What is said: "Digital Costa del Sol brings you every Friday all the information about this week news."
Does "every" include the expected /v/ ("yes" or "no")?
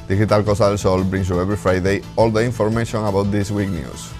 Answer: no